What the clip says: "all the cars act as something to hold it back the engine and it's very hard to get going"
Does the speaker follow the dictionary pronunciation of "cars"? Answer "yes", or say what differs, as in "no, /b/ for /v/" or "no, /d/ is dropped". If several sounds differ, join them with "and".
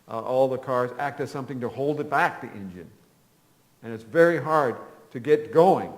yes